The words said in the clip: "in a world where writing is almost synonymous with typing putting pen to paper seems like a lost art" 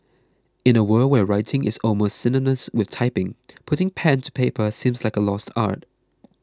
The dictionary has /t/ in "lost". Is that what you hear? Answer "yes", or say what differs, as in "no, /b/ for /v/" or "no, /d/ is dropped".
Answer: yes